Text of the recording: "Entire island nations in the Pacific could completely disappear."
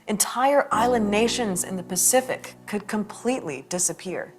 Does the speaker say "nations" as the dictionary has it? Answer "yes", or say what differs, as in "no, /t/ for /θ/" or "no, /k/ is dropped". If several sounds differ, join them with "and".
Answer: yes